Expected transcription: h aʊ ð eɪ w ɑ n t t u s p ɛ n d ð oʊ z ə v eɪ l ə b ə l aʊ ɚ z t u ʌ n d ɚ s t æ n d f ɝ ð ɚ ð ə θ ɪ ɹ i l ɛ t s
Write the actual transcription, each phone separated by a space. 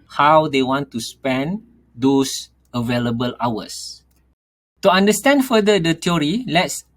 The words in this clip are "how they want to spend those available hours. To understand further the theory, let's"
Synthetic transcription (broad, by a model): h aʊ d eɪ w ɑ n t t u s p ɛ n d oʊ s ə v eɪ l ə b ə l aʊ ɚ s t u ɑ n d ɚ s t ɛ n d f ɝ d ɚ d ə t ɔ ɹ i l ɛ t s